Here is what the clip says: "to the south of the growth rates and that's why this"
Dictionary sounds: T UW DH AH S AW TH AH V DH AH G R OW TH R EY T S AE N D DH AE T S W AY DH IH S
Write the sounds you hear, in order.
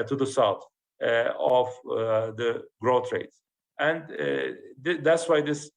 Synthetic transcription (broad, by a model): T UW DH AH S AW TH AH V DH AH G R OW T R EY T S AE N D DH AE T S W AY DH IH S